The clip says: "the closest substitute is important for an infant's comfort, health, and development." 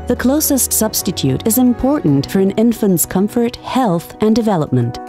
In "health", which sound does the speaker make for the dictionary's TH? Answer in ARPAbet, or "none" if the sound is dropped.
TH